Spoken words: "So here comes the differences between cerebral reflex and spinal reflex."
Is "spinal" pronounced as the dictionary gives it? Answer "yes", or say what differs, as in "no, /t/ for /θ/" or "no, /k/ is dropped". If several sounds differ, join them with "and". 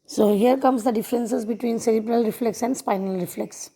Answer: yes